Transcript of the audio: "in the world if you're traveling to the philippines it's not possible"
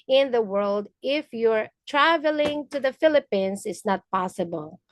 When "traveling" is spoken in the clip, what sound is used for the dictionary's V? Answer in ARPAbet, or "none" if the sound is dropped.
V